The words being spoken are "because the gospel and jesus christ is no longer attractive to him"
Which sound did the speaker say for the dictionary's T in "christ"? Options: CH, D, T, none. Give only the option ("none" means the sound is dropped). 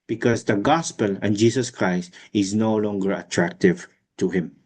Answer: T